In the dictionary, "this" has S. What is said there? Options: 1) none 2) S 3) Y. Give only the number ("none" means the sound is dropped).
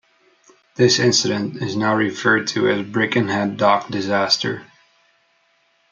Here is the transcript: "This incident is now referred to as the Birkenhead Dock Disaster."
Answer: 2